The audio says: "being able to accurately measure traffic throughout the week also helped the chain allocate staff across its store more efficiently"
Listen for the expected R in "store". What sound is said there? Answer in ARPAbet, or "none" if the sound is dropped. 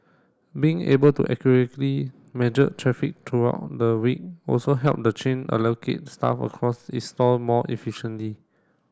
L